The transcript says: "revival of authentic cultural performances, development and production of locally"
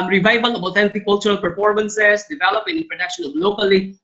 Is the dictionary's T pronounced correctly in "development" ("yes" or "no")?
no